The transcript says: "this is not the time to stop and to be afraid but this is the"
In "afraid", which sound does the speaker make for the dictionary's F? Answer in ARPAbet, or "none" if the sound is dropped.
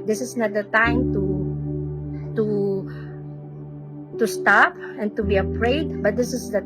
P